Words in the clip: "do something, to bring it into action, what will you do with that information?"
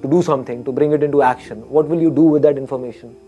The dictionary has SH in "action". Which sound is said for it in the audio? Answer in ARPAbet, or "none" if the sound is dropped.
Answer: SH